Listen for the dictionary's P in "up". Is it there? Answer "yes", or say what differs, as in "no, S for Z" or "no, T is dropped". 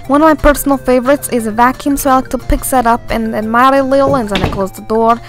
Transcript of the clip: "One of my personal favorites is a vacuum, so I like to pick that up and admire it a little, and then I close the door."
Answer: yes